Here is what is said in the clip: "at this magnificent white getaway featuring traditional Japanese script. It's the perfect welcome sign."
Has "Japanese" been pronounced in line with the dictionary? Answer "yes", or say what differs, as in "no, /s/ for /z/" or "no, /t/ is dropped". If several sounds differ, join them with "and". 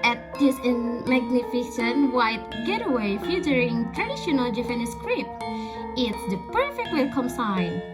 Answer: no, /f/ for /p/